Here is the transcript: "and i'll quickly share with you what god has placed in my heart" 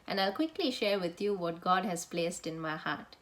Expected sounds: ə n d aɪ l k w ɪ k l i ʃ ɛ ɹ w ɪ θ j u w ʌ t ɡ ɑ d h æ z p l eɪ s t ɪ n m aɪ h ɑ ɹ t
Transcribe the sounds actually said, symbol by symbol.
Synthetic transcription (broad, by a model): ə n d aɪ l k w ɪ k l i ʃ ɛ ɹ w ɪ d j u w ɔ t ɡ ɑ d h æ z p l eɪ s t ɪ n m aɪ h ɑ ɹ t